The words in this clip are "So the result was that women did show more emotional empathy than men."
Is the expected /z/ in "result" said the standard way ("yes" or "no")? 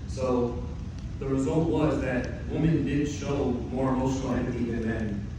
yes